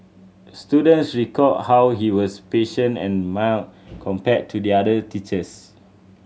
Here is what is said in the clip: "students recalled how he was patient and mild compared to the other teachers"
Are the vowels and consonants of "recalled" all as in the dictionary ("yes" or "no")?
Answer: no